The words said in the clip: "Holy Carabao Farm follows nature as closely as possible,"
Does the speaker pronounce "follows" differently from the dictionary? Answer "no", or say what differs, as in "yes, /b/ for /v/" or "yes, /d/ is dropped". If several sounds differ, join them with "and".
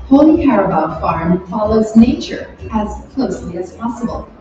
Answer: no